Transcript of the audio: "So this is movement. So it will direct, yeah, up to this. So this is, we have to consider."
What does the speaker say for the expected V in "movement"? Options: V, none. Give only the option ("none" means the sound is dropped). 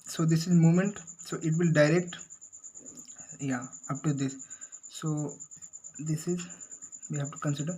none